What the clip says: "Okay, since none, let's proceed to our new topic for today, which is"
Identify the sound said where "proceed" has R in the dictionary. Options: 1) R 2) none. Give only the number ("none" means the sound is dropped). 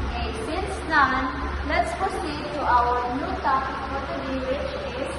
2